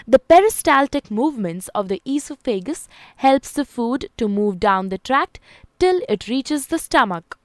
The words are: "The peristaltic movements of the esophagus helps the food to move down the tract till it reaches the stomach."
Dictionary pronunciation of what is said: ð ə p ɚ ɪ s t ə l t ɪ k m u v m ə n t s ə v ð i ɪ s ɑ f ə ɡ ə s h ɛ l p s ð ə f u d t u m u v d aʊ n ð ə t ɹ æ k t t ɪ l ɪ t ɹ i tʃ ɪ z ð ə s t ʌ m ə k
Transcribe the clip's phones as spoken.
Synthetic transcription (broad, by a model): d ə p ɚ ɪ s t ə l t ɪ k m u v m ə n t s ə v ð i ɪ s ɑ f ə ɡ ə s h ɛ l p s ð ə f u d t u m u v d aʊ n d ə t ɹ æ k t t ɪ l ɪ t ɹ i tʃ ɪ z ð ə s t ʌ m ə k